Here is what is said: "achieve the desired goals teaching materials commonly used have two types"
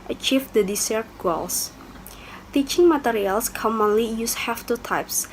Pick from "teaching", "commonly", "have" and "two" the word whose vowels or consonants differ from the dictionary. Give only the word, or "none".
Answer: have